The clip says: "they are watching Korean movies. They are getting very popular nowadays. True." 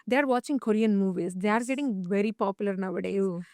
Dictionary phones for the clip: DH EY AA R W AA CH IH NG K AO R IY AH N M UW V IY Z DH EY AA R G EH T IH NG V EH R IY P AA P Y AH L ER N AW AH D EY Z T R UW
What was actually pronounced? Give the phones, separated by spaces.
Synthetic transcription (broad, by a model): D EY AA R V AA CH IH NG K AO R IY AH N M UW V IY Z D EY AA R G EH T IH NG V EH R IY P AA P Y AH L ER N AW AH D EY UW